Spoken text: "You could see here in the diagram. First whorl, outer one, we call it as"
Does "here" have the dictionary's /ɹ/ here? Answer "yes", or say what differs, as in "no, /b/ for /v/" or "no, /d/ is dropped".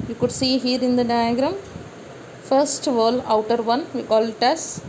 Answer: yes